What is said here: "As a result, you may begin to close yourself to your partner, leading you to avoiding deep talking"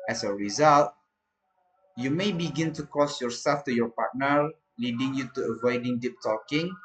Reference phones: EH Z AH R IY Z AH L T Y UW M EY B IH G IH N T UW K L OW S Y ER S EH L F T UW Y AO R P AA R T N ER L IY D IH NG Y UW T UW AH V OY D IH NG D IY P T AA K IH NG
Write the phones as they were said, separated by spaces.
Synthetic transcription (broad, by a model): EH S AH R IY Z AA L T Y UW M EY B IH G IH N T UW K OW S Y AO S EH L F T UW Y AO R P AA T N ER L IY D IH NG Y UW T UW AH V OY D IH NG D IY P T AA K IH NG